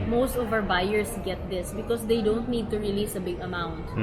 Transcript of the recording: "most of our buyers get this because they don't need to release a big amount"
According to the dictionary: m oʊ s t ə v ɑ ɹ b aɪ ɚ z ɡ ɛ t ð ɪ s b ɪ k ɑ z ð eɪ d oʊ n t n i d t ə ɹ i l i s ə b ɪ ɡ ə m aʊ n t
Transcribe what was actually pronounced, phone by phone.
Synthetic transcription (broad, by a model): m oʊ s t ə v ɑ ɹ b aɪ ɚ s ɡ ɛ t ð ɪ s b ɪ k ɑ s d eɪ d oʊ n t n i d t ə ɹ i l i s ə b ɪ ɡ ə m aʊ n t